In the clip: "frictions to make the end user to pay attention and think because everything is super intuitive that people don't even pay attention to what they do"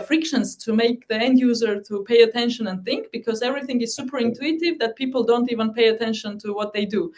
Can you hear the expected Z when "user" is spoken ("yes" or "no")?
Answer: yes